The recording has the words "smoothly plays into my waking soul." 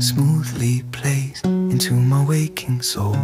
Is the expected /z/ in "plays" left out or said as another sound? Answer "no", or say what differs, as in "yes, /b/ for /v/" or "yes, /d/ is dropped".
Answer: yes, /s/ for /z/